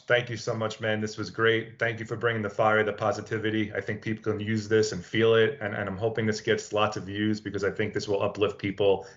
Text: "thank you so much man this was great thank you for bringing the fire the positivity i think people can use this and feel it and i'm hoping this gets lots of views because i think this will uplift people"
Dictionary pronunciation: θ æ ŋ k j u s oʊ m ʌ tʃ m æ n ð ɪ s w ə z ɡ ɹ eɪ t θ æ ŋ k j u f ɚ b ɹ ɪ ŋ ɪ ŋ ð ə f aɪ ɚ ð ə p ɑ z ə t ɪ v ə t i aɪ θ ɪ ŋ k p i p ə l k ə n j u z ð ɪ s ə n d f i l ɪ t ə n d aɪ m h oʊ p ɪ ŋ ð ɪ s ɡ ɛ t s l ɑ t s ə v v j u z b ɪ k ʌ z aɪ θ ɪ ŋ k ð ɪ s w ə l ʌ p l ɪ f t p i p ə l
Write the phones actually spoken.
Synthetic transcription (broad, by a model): θ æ ŋ k j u s oʊ m ʌ tʃ m æ n ð ɪ s w ə z ɡ ɹ eɪ t θ æ ŋ k j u f ɚ b ɹ ɪ ŋ ɪ ŋ ð ə f aɪ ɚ ð ə p ɑ z ə t ɪ v ə t i aɪ θ ɪ ŋ k p i p l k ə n j u z ð ɪ s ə n f i l ɪ t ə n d aɪ m h oʊ p ɪ ŋ ð ɪ s ɡ ɛ t s l ɑ t s ə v v j u z b ɪ k ʌ z aɪ θ ɪ ŋ k ð ɪ s w ə l ʌ p l ɪ f t p i p l